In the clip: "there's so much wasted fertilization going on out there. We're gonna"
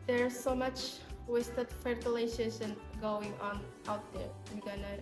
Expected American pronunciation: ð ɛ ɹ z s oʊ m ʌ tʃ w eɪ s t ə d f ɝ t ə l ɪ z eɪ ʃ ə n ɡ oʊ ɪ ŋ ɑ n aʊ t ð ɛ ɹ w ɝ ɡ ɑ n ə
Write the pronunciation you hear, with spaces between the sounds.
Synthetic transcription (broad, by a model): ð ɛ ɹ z s oʊ m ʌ tʃ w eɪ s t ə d f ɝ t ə l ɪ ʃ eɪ s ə n ɡ oʊ ɪ ŋ ɑ n aʊ t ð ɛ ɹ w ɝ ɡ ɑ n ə